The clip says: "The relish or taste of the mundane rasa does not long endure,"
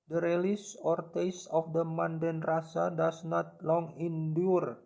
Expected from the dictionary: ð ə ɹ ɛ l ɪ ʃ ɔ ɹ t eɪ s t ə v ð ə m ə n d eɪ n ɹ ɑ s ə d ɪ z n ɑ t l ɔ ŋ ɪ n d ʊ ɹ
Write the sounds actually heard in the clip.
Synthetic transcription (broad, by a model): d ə ɹ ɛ l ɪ s ɔ ɹ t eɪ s ə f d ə m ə n d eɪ n ɹ ɑ s ə d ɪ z n ɑ t l ɔ ŋ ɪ n d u ɹ